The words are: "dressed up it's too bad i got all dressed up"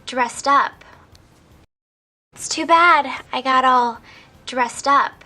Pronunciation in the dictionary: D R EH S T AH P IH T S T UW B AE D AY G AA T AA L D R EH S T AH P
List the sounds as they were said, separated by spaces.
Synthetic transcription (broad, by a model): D R EH S T AH P IH T S T UW B AE D AY G AA T AA L D R EH S T AH P